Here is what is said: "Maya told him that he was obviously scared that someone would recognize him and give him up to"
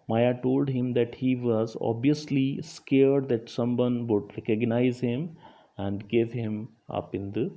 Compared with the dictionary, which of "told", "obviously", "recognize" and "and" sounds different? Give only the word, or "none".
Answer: none